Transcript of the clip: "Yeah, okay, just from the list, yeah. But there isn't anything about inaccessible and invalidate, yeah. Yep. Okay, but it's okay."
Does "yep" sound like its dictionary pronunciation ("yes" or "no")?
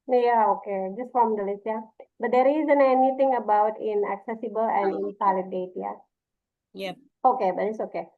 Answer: no